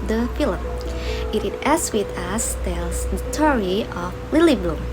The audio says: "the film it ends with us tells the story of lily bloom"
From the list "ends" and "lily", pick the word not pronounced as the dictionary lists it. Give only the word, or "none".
ends